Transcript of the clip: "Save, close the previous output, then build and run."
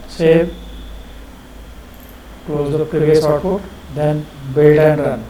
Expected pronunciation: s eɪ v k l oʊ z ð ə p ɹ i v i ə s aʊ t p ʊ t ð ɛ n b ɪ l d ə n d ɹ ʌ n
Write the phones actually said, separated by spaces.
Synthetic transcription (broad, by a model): s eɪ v k l oʊ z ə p ɹ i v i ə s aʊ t f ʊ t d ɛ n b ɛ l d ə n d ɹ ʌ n